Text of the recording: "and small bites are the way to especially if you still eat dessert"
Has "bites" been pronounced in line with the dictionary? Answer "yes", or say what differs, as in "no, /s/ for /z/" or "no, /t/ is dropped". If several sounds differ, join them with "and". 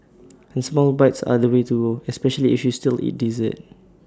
yes